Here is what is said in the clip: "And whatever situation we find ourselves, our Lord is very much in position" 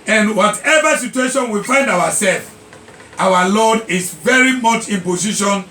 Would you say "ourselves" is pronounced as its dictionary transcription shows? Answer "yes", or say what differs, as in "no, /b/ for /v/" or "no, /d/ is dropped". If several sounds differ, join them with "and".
no, /w/ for /ɹ/